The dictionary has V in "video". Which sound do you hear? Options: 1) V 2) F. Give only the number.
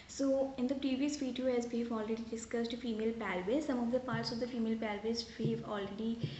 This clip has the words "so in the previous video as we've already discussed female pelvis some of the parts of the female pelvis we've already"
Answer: 2